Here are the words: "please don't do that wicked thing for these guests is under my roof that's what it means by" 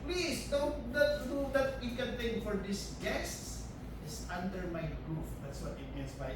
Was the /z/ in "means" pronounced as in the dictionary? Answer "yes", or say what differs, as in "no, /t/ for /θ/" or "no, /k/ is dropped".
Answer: no, /s/ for /z/